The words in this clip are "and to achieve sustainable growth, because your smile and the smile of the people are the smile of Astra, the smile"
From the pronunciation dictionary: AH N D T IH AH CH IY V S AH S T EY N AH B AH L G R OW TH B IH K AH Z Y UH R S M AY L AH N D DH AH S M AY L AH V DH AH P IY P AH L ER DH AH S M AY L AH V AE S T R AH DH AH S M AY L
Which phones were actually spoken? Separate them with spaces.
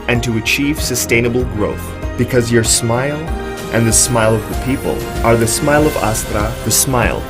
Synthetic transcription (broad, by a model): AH N T IH AH CH IY V S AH S T EY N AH B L G R OW TH B IH K AH Z Y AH R S M AY L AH N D DH AH S M AY L AH V DH AH P IY P AH L ER DH AH S M AY L AH V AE S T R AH DH AH S M AY L